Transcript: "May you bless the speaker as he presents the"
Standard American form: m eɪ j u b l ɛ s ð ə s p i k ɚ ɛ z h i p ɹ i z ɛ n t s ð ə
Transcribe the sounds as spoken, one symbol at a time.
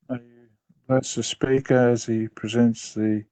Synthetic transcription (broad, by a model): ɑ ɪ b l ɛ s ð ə s p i k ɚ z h i p ɹ i z ɛ n t s ð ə